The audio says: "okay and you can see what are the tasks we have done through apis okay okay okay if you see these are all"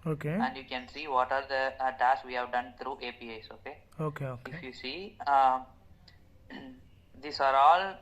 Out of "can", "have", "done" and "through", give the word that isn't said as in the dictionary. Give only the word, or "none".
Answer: through